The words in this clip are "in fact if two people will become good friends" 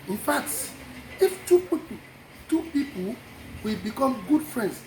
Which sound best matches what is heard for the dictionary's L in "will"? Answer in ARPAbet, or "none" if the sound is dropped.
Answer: W